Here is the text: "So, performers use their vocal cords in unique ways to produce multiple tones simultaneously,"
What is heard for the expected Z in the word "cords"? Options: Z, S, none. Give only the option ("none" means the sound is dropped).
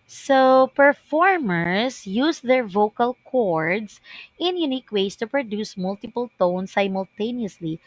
S